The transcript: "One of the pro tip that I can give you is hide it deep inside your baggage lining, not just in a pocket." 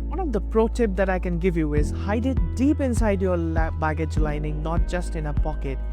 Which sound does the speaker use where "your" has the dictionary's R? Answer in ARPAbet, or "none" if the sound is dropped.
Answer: L